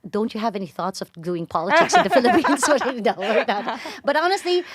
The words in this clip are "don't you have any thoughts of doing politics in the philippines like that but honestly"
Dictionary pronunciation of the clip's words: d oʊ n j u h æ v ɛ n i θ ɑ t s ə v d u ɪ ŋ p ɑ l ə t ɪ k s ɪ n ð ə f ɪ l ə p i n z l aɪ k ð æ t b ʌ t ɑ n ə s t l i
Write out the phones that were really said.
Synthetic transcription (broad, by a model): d oʊ n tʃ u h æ v ɛ n i θ ɑ t s ə v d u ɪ ŋ p ɑ l ə t ɪ k s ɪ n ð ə f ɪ l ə p i n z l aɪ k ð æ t b ʌ t ɑ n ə s t l i